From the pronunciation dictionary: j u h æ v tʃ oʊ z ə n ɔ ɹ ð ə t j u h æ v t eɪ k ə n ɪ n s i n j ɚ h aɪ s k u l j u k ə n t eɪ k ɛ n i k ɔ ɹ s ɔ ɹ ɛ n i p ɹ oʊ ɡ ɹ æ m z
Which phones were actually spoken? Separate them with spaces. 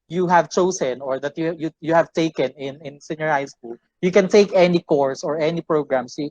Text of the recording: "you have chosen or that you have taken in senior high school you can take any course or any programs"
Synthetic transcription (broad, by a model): j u h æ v tʃ oʊ s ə n ɔ ɹ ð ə t j u h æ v t eɪ k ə n ɪ n s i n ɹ h aɪ s k u l j u k ə n t eɪ k ɛ n i k ɔ ɹ s ɔ ɹ ɛ n i p ɹ oʊ ɡ ɹ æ m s